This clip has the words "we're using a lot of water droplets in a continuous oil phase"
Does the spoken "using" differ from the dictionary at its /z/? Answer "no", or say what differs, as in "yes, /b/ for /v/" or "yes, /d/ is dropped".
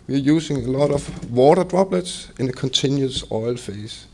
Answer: yes, /s/ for /z/